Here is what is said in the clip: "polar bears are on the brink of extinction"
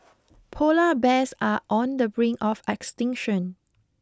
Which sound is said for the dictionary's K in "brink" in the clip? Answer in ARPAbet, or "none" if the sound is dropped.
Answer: none